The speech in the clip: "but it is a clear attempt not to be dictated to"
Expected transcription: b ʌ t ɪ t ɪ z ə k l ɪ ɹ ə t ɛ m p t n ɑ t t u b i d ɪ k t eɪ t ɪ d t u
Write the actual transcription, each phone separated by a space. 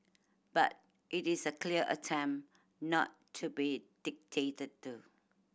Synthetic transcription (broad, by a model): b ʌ t ɪ t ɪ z ə k l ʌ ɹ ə t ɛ m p n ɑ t t u b i d ɪ k t eɪ t ɪ d t u